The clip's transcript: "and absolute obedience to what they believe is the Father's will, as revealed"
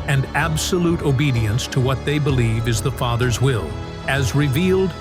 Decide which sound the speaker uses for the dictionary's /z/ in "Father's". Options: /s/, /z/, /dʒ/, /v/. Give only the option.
/z/